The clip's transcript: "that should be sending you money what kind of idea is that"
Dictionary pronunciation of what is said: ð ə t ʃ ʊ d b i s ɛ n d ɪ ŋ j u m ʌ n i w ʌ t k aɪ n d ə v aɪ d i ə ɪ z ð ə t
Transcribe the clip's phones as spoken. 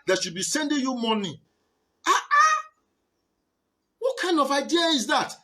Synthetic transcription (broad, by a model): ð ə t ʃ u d b i s ɛ n d ɪ ŋ j u m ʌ n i w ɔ t k aɪ n d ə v aɪ d i ə ɪ z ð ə t